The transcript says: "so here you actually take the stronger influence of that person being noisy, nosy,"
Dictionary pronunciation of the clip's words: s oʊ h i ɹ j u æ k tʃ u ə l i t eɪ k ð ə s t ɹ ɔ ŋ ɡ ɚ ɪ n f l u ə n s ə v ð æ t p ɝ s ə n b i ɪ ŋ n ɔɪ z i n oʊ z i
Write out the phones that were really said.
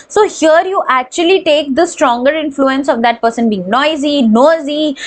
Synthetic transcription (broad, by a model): s oʊ h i ɹ j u æ k tʃ u ə l i t eɪ k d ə s t ɹ ɔ ŋ ɡ ɚ ɪ n f l u ə n s ə v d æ t p ɝ s ə n b i ɪ ŋ n ɔɪ z i n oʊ z i